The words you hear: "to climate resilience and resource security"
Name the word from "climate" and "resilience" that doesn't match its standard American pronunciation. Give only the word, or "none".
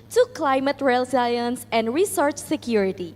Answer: resilience